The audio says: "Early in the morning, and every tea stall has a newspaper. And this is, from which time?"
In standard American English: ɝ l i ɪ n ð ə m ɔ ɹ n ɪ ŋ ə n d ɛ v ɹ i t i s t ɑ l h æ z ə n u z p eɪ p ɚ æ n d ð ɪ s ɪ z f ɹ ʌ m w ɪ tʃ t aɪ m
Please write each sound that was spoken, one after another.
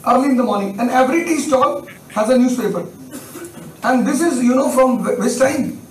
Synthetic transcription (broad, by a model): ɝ l i ɪ n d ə m ɔ ɹ n ɪ ŋ ə n d ɛ v ɹ i t i s t ɑ l h æ z ə n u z p eɪ p ɚ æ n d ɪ s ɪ z f ɹ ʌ m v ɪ s t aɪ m